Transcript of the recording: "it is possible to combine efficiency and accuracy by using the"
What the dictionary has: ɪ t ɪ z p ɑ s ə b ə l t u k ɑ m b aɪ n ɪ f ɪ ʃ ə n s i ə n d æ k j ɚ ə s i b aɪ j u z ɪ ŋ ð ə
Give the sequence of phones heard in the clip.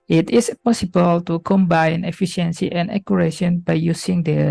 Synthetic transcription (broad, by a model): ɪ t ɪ s p ɑ s ə b ə l t u k ɑ m b aɪ n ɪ f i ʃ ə n s i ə n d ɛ k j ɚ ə ʃ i b aɪ j u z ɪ ŋ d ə